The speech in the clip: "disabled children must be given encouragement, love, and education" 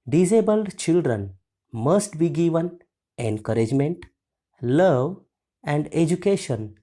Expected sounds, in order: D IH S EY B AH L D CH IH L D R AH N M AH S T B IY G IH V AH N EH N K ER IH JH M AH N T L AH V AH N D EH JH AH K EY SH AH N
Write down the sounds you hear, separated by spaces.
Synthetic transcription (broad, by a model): D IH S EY B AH L D CH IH L D R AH N M AH S T B IY G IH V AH N EH N K ER IH JH M AH N T L AH V AH N D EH JH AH K EY SH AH N